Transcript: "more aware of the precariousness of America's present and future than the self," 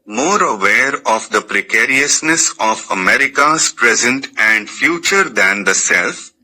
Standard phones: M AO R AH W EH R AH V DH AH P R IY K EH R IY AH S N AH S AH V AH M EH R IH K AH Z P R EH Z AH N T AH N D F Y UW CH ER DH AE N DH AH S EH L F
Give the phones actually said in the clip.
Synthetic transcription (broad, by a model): M AO R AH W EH R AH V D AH P R IY K EH R IY AH S N AH S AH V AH M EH R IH K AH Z P R EH Z AH N T AH N D F Y UW CH ER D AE N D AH S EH L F